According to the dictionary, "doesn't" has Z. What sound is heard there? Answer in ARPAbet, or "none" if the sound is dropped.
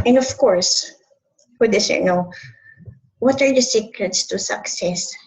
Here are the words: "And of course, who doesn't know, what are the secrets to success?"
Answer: S